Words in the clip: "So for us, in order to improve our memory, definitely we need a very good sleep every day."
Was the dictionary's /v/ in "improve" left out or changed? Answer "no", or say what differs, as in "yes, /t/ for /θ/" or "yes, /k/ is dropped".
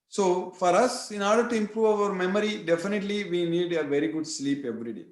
no